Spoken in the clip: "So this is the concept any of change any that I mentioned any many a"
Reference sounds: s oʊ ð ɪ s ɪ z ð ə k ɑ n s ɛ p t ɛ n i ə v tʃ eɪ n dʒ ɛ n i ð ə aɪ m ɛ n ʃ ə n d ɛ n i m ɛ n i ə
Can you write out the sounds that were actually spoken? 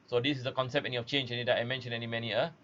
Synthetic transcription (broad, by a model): s oʊ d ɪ s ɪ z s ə k ɑ n s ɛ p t ɛ n i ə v tʃ eɪ n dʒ ɛ n i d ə aɪ m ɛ n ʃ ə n ɛ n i m ɛ n i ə